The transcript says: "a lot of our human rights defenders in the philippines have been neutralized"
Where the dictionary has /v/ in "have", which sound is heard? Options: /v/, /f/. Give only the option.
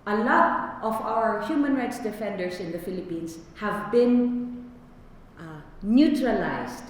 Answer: /v/